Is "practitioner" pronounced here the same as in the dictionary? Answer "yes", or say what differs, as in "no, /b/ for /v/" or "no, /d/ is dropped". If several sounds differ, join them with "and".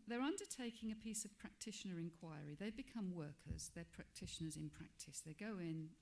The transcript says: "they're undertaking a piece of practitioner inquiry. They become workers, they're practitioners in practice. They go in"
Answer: yes